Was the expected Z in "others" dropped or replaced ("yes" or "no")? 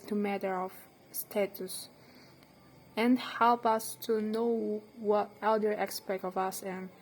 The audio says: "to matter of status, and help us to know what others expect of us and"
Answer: yes